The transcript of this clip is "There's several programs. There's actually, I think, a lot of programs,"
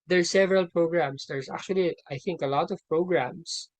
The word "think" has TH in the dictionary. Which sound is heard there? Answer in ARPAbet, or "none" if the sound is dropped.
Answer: TH